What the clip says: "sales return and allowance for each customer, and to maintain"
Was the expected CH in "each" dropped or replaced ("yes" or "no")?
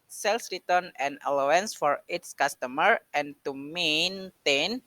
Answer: yes